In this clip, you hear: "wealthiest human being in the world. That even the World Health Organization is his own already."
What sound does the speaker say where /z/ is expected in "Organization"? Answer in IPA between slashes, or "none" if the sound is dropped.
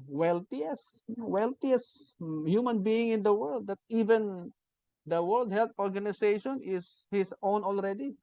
/s/